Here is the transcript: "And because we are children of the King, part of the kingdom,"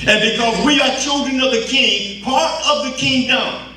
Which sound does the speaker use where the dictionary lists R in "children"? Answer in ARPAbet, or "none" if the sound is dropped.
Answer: R